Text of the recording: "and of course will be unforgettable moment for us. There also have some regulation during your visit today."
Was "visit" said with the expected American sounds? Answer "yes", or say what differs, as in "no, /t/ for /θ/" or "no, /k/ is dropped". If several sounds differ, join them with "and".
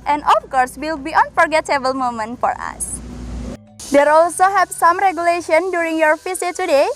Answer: no, /f/ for /v/